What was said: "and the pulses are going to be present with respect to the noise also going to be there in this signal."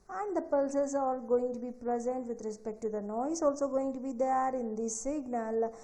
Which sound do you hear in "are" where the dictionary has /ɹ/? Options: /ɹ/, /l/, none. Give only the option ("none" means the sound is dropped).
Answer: /l/